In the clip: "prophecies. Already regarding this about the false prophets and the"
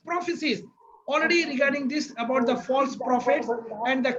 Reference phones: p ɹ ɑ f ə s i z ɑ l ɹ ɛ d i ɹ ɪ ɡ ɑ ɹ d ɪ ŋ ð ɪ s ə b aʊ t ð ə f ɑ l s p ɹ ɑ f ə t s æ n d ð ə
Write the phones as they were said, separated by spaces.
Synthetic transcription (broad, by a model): p ɹ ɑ f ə s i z ɑ l ɹ ɛ d i ɹ ɪ ɡ ɑ ɹ d ɪ ŋ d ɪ s ə b aʊ t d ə f ɑ l s p ɹ ɑ f ə t s æ n d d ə